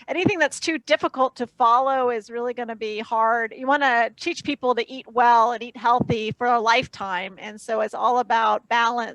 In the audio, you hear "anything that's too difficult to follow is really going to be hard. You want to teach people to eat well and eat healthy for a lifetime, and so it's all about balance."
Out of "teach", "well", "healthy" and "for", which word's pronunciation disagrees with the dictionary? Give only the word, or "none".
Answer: none